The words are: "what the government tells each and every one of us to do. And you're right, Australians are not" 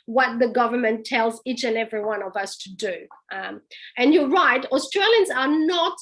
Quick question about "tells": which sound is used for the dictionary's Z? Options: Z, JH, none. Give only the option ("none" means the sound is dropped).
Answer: Z